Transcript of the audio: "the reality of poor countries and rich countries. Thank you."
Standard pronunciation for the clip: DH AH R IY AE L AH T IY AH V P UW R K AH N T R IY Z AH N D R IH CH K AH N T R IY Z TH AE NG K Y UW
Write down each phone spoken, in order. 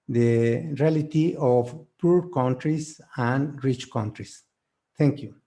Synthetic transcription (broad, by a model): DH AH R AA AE L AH T IY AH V P UW R K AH N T R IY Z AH N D R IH CH K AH N T R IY S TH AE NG K Y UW